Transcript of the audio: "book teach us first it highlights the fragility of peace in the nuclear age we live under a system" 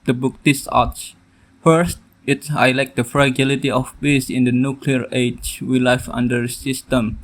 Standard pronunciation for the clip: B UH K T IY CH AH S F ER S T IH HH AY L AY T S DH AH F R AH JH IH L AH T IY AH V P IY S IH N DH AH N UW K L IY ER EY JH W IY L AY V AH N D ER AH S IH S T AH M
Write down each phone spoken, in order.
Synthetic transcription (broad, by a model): B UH K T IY S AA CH F ER S T IH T AY L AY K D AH F R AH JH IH L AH T IY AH F P IY S IH N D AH N UW K L IY ER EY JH W IY L AY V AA N D ER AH S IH S T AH M